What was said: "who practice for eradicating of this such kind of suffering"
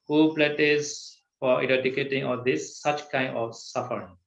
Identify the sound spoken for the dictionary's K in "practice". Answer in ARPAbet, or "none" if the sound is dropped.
none